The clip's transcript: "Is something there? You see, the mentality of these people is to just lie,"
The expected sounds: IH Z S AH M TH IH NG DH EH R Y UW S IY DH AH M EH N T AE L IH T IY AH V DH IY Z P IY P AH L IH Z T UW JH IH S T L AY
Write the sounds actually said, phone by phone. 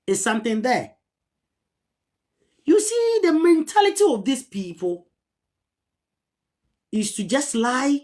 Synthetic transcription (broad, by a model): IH S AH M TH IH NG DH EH Y UW S IY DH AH M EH N T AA L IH T IY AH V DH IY S P IY P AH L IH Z T UW JH IH S T L AY